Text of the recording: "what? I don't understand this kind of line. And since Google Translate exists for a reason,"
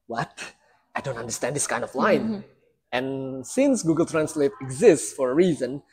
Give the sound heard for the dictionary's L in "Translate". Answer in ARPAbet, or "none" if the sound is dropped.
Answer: L